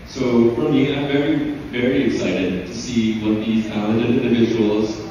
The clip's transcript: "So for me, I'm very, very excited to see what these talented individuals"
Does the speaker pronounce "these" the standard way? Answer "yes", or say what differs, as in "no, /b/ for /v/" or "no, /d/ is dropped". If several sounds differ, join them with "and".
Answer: yes